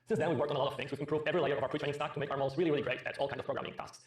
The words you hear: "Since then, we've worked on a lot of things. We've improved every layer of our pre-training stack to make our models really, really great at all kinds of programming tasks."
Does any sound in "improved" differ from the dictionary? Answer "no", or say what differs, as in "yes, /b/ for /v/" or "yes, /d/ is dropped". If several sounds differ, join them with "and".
yes, /d/ is dropped